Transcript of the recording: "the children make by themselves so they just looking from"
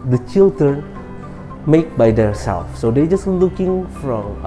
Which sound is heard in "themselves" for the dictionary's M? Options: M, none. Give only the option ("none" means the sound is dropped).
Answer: none